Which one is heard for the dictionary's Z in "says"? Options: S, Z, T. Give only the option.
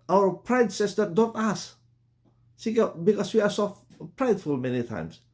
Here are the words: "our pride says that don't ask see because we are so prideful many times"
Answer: S